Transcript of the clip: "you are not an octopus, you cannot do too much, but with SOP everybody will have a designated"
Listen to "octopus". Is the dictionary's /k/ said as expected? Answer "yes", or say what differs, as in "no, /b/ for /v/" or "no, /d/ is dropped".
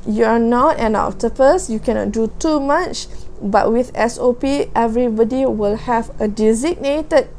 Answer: no, /k/ is dropped